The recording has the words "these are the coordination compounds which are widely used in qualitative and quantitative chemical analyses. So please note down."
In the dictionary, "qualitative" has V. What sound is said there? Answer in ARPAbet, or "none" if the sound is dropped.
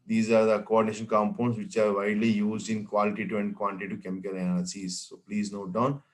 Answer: none